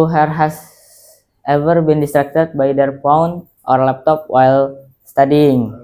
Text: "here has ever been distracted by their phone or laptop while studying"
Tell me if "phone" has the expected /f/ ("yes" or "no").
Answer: no